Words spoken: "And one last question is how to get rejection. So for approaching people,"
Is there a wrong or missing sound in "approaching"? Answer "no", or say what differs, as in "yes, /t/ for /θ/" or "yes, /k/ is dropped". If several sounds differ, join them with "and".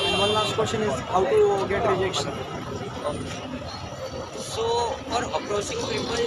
yes, /s/ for /tʃ/